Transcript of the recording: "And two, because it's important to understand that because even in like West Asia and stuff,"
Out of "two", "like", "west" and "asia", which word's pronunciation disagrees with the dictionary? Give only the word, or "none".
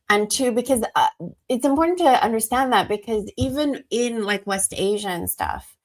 none